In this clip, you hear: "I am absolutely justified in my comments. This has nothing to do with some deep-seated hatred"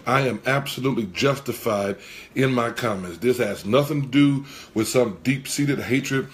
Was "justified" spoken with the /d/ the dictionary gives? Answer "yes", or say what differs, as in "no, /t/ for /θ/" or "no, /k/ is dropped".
yes